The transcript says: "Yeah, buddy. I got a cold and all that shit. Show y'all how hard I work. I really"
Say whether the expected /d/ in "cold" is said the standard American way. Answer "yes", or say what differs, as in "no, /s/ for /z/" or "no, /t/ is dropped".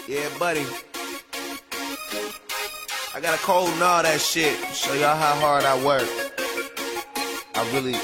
yes